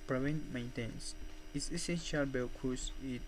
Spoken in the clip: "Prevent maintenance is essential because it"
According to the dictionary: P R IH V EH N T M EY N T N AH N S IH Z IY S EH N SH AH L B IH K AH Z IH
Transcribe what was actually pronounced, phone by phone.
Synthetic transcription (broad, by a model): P R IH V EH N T M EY N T AH N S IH S IY S EH N SH AH L B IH K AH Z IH